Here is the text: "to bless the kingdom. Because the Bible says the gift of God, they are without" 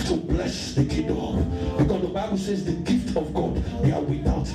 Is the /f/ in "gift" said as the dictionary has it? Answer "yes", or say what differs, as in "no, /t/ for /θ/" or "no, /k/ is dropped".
yes